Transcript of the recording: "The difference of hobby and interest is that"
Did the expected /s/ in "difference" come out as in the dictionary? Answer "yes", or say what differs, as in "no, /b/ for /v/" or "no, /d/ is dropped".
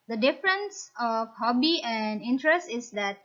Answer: yes